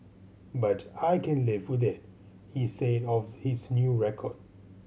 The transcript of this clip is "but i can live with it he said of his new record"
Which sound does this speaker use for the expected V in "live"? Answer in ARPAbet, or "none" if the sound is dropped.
V